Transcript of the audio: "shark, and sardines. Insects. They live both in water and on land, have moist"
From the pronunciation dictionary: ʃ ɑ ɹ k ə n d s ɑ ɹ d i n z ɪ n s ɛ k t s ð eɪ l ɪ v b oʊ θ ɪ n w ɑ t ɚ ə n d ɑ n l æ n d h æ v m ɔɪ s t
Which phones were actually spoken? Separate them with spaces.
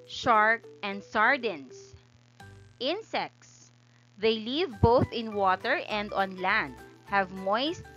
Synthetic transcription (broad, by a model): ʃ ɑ ɹ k ə n d s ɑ ɹ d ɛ n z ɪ n s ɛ k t s ð eɪ l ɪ v b oʊ θ ɪ n w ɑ t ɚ ə n d ɑ n l æ n d h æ v m ɔɪ s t